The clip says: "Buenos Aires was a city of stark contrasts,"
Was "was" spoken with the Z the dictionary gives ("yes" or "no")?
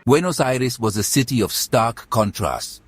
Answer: yes